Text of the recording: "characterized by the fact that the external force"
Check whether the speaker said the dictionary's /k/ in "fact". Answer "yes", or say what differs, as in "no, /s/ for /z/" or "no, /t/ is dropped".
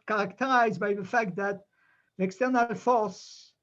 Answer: yes